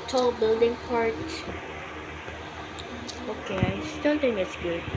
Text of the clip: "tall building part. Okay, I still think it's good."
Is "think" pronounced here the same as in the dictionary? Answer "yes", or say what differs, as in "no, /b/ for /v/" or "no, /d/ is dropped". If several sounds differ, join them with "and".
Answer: no, /t/ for /θ/